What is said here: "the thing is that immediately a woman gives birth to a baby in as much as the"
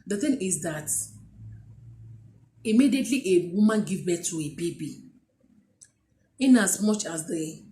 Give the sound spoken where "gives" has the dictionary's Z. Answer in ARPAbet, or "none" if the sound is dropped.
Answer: none